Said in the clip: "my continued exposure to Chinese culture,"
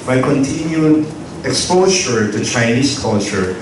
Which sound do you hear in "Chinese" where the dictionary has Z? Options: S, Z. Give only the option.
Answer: S